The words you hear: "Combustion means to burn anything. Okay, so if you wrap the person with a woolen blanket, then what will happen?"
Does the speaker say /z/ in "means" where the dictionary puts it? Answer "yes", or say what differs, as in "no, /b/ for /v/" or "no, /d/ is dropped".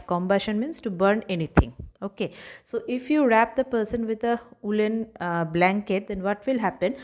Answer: no, /s/ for /z/